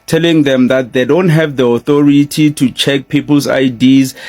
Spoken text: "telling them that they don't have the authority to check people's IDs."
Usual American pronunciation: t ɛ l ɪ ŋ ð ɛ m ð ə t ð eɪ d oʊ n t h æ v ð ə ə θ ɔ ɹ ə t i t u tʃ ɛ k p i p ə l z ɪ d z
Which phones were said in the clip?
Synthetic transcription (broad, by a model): t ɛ l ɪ ŋ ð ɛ m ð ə t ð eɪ d oʊ n t h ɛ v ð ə ə θ ɔ ɹ ə t i t u tʃ ɛ k p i p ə l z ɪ d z